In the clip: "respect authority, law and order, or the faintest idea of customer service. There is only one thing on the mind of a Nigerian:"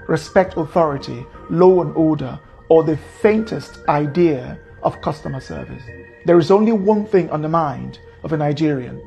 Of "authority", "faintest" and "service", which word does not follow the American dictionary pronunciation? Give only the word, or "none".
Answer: none